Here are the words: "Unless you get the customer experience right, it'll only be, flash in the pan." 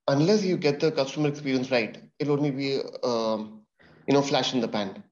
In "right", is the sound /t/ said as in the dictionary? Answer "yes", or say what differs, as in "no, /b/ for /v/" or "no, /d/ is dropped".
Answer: no, /t/ is dropped